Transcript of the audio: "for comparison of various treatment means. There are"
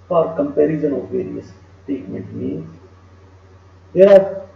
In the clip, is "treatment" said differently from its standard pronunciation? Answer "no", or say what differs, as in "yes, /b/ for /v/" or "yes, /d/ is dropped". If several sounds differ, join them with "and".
yes, /ɹ/ is dropped